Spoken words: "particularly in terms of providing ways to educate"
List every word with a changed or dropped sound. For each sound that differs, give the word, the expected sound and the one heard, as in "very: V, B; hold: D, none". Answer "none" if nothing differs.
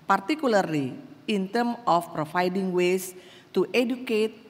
terms: Z, none; of: V, F; providing: V, F; ways: Z, S